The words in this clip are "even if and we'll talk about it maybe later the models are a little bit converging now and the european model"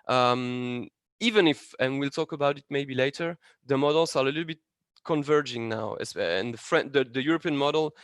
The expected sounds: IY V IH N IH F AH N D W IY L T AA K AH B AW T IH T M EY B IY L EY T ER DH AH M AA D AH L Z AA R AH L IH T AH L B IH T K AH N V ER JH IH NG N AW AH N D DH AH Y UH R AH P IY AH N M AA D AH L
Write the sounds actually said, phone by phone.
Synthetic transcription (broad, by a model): IY V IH N IH F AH N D W IY L T AA K AH B AW T IH T M EY B IY L EY T ER DH AH M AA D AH L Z AA R AH L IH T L B IH T K AH N V ER JH IH NG N AW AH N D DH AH Y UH R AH P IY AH N M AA D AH L